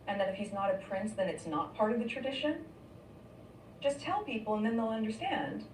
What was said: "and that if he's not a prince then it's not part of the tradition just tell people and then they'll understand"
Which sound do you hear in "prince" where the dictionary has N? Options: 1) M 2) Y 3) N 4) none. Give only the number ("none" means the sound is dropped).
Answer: 3